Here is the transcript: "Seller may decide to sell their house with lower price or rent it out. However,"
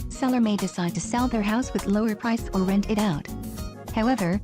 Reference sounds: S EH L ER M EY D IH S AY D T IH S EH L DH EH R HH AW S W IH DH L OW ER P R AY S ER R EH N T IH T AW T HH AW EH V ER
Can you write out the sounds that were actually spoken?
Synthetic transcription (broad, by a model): S EH L ER M EY D IH S AY D T IH S EH L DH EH R HH AW S W IH DH L OW ER P R AY S ER R EH N T IH T AW T HH AW EH V ER